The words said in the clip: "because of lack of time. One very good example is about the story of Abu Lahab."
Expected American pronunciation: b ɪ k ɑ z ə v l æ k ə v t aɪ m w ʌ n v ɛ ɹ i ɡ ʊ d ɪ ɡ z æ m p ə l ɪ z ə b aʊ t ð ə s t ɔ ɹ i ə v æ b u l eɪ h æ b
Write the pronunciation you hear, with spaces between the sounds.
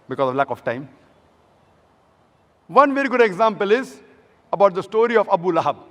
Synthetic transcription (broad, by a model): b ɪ k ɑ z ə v l æ k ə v t aɪ m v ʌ n v ɛ ɹ i ɡ ʊ d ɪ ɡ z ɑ m p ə l ɪ z ə b aʊ t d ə s t ɔ ɹ i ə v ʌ b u l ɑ h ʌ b